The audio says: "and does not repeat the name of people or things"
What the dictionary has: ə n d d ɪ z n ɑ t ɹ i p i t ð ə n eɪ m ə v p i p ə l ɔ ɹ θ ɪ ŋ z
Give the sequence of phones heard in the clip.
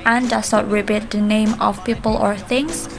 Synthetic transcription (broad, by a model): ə n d d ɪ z n ɑ t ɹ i b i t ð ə n eɪ m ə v p i p ə l ɔ ɹ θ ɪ ŋ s